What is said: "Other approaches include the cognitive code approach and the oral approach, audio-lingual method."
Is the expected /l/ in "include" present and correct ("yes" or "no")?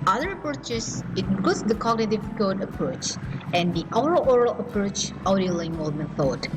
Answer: no